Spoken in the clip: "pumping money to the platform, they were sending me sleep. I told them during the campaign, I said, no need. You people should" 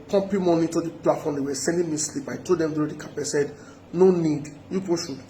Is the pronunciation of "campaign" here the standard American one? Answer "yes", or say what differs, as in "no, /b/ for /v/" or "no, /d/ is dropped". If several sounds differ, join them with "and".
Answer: no, /m/ is dropped